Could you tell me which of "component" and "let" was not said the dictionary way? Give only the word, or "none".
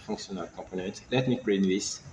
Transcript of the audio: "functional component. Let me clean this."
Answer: component